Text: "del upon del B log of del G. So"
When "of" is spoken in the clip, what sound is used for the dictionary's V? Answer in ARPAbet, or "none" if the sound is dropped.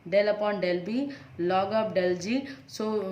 P